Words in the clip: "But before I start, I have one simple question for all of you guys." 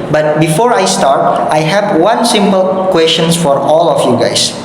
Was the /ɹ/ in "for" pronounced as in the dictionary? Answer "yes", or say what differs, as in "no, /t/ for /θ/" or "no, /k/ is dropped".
yes